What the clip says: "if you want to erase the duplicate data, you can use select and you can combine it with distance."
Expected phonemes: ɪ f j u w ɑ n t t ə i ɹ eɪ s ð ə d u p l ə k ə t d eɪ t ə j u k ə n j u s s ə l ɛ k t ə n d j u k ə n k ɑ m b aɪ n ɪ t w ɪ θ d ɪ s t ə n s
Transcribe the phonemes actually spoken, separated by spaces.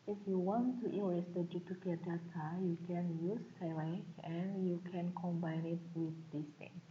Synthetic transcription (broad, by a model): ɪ f j u w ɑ n t t ə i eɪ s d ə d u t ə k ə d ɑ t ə j u k ə n j u s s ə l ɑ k ə n j u k ə n k ɑ m b aɪ n ɪ t w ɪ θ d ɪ s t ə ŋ s